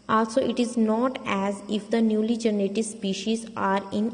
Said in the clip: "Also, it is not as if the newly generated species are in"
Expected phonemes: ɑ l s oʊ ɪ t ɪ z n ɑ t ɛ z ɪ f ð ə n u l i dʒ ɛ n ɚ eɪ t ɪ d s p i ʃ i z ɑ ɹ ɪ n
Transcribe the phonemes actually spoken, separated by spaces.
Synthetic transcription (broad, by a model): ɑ l s oʊ ɪ t ɪ z n ɑ t ɛ z ɪ f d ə n u l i dʒ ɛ n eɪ t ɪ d s p i ʃ i z ɑ ɹ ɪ n